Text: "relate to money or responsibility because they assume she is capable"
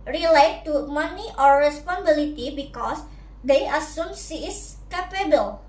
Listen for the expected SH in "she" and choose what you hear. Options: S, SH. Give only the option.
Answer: S